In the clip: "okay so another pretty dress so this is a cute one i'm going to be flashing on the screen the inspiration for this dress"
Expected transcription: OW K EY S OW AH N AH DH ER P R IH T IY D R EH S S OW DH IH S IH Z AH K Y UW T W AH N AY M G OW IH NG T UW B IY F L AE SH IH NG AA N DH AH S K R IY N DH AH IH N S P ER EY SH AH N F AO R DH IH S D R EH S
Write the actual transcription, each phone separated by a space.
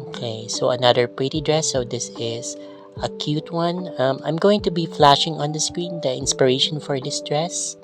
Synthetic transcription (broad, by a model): OW K EY S OW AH N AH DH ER P R IH T IY D R EH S S OW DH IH S IH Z AH K Y UW T W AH N AY M G OW IH NG T UW B IY F L AE SH IH NG AA N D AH S K R IY N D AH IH N S P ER EY SH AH N F AO R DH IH S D R EH S